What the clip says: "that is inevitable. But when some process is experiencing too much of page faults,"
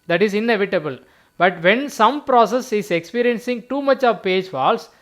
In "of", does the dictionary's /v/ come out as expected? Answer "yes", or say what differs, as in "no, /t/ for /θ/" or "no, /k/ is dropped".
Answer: yes